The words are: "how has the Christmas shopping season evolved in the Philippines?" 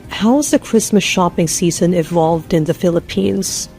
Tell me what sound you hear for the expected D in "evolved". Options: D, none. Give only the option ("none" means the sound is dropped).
D